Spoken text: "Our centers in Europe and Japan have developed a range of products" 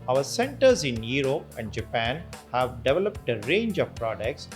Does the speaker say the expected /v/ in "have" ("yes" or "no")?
yes